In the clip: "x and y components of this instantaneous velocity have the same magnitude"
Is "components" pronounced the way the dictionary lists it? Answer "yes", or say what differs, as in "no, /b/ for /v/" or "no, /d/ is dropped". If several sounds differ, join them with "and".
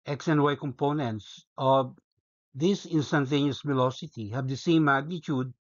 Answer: yes